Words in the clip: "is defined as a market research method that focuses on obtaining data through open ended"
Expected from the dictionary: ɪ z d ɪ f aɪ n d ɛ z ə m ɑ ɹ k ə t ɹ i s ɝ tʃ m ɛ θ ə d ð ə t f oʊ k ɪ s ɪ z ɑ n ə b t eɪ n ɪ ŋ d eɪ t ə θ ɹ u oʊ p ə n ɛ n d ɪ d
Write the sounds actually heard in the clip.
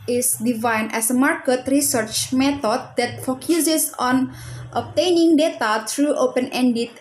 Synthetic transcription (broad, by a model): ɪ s d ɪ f aɪ n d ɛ s ə m ɑ ɹ k ə t ɹ i s ɝ tʃ m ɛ t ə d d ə t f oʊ k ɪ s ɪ s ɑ n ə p t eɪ n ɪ ŋ d eɪ t ə t ɹ u oʊ p ə n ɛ n d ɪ